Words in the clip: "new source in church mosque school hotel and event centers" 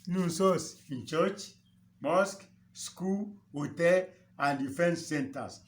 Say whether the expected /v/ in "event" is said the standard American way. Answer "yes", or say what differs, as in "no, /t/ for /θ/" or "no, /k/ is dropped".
no, /f/ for /v/